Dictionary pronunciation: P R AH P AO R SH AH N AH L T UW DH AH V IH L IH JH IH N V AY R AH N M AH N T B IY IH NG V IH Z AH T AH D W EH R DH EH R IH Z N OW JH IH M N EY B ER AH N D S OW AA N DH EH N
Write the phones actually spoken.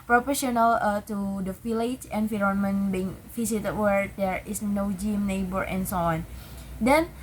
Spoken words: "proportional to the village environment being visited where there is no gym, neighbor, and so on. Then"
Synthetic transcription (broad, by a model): P R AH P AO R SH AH N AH L T UW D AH F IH L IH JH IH N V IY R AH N M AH N B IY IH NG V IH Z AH T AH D W EH R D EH R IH S N OW JH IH M N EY B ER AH N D S OW AA N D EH N